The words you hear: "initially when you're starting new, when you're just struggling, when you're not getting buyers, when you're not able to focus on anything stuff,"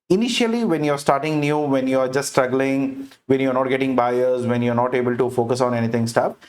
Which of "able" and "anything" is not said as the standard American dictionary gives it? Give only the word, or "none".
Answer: anything